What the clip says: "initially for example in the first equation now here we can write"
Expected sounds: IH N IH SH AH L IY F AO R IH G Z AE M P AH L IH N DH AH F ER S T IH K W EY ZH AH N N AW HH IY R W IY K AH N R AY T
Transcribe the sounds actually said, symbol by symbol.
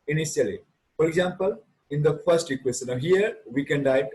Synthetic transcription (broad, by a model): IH N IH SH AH L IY F AO R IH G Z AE M P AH L IH N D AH F ER S T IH K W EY S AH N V HH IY R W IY K AH N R AY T